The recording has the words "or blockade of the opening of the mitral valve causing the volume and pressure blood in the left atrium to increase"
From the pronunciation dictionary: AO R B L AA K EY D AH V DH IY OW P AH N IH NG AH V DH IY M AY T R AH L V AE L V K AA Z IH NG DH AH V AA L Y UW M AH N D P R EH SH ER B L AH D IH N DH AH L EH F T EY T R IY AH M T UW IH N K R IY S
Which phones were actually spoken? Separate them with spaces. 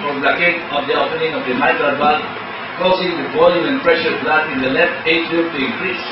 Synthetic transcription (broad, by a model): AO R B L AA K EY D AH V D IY OW P AH N IH NG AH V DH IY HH AY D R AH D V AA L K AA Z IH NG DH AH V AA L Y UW AH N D P R EH SH ER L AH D IH N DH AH L EH F T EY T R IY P T UW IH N K R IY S